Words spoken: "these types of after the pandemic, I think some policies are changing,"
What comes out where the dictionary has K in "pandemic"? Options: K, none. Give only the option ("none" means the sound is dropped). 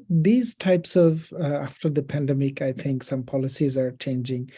K